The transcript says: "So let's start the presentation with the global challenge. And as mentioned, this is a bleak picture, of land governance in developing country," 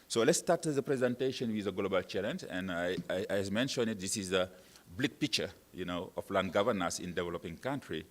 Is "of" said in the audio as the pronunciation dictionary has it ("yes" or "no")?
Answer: no